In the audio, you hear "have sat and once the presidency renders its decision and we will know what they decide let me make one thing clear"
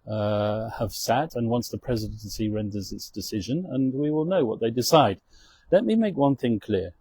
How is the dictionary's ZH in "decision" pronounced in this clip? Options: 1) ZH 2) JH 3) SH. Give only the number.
1